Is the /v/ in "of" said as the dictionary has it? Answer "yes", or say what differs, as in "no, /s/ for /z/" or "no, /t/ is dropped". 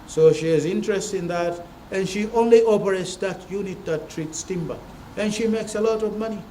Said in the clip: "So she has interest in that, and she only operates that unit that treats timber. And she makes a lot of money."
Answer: yes